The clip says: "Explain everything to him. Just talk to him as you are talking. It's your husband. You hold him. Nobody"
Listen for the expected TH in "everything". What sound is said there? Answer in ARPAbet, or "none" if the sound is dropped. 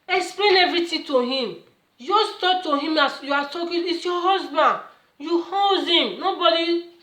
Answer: T